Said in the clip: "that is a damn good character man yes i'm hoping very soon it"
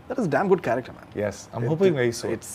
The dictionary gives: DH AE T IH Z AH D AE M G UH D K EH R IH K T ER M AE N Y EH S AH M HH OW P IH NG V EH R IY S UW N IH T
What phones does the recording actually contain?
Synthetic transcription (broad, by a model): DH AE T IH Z D AE M G UH D K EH R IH K T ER M AE N Y EH S AH M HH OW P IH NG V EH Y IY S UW IH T